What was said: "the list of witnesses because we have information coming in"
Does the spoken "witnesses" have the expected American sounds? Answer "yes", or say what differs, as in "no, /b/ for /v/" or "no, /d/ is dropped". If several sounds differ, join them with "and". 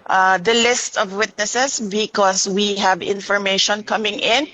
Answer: no, /s/ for /z/